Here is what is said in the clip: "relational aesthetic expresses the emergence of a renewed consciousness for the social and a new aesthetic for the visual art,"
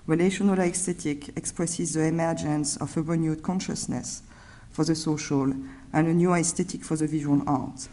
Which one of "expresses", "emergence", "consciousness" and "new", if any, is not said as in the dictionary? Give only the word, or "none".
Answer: none